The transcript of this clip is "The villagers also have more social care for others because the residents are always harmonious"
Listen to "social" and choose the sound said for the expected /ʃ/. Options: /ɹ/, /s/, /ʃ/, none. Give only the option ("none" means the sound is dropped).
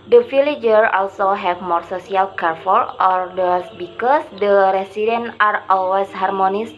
/s/